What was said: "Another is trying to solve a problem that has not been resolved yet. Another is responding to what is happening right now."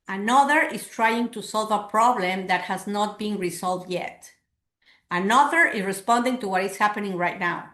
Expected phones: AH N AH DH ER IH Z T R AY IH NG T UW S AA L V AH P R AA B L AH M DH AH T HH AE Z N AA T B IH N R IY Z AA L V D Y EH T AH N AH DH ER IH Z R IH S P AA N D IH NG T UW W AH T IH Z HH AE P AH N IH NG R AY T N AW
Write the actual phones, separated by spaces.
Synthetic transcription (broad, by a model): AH N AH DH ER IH S T R AY IH NG T UW S AA L V AH P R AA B L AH M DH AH T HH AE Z N AA T B IH N R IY S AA L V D Y EH T AH N AH DH ER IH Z R IH S P AA N D IH NG T UW W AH T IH S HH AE P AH N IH NG R AY T N AW